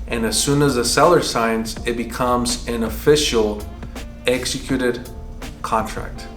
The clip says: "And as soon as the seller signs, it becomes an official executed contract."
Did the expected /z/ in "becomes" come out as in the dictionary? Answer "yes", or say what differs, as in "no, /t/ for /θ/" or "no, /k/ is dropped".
yes